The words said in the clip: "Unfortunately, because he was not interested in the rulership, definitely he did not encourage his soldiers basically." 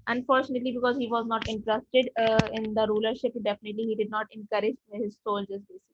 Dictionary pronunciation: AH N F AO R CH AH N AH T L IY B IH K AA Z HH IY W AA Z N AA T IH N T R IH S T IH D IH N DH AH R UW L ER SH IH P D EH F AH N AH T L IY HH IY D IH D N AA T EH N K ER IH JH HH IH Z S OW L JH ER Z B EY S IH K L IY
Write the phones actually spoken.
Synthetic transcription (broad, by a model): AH N F AO R CH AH N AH T L IY B IH K AA Z HH IY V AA Z N AA T IH N T R IH S T IH D IH N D AH R UW L ER SH IH P D EH F AH N AH T L IY HH IY D IH D N AA T EH N K ER IH JH HH IH Z S OW L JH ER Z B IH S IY